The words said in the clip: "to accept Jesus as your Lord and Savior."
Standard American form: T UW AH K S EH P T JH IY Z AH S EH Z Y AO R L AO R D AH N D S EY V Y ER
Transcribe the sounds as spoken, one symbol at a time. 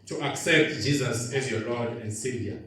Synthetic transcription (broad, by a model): T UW AH K S EH P T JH IY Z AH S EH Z Y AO L AO D AH N D S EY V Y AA